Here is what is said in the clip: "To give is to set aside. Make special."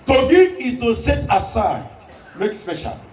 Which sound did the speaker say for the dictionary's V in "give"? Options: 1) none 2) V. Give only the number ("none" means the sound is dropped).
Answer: 1